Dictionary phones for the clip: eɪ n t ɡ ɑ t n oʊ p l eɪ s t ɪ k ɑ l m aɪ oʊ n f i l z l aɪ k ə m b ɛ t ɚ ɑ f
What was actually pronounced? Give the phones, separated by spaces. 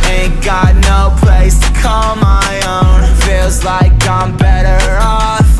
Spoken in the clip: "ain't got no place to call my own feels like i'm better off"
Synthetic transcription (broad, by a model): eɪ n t ɡ ɑ t n oʊ p l eɪ s t ɪ k ɑ l m aɪ oʊ n f i l z l aɪ k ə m b ɛ t ɚ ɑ